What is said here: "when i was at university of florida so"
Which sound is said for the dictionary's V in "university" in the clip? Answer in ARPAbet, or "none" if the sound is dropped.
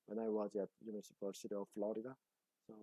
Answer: P